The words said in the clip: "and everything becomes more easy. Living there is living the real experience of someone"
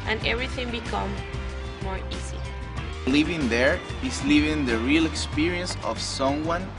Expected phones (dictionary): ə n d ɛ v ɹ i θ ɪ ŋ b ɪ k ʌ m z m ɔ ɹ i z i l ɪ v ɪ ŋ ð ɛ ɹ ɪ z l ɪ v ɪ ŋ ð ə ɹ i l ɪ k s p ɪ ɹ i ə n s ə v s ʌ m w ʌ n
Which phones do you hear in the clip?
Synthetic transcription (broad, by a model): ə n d ɛ v ɹ i θ ɪ ŋ b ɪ k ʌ m m ɔ ɹ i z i l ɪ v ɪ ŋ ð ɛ ɹ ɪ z l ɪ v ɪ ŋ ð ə ɹ i l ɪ k s p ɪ ɹ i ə n s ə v s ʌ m w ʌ n